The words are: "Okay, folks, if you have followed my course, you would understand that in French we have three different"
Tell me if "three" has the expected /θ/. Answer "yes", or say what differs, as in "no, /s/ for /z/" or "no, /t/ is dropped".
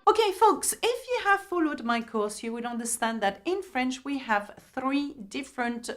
yes